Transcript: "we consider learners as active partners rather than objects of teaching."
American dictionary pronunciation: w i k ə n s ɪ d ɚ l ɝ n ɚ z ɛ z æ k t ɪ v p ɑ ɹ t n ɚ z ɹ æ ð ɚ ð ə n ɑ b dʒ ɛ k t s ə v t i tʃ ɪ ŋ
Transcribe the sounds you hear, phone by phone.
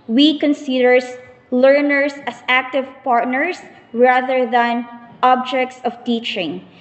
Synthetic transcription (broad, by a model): w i k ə n s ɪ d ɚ l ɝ n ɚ s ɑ s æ k t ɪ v p ɑ ɹ t n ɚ s ɹ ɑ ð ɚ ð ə n ɑ b dʒ ɛ k t s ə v t i tʃ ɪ ŋ